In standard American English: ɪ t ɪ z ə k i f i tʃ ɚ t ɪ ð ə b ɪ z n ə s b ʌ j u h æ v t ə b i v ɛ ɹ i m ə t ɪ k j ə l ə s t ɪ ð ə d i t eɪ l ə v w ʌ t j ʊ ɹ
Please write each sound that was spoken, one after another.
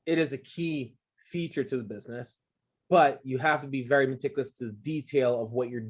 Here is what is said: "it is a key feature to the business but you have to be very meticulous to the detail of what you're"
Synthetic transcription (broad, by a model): ɪ t ɪ z ə k i f i tʃ ɚ t ɪ ð ə b ɪ z n ə s b ʌ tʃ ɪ h æ f t ə b i v ɛ ɹ i m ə t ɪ k j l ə s t ɪ ð ə d i t eɪ l ə v w ʌ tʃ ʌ ɹ